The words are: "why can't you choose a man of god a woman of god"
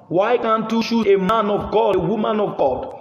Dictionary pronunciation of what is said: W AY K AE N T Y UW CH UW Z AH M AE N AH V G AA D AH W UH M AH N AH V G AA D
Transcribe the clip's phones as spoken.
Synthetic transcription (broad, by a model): W AY K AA N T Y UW SH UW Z AH M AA N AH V G AA D AH W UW M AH N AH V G AA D